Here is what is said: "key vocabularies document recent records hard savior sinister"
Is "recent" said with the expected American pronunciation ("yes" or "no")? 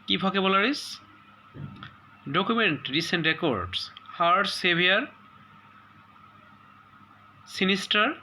yes